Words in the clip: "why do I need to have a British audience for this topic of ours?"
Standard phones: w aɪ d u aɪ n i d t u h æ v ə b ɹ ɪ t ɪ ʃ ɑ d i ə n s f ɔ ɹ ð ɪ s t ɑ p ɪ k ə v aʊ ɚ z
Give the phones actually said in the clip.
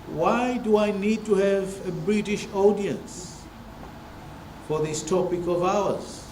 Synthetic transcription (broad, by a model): w aɪ d u aɪ n i d t u h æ v ə b ɹ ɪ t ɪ ʃ ɑ d i ə n s f ɔ ɹ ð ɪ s t ɑ p ɪ k ə v aʊ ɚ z